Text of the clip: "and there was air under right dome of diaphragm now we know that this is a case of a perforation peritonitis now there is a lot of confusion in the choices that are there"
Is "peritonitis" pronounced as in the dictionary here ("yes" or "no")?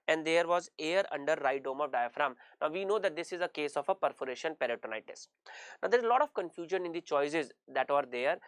yes